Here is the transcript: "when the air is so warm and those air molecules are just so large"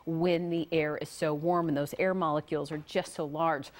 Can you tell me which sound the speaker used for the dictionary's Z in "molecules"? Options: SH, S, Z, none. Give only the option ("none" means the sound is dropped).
Z